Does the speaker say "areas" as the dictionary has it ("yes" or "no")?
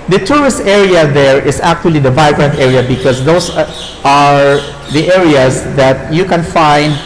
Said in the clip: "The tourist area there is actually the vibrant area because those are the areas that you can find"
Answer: no